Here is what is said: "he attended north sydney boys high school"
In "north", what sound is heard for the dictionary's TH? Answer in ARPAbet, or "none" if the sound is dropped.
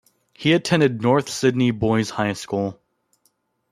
TH